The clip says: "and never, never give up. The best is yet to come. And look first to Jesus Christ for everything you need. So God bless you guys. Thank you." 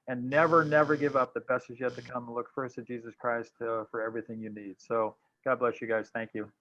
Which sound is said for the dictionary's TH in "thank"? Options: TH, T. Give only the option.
TH